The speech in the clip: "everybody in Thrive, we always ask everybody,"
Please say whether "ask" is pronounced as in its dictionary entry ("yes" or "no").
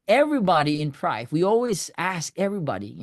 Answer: yes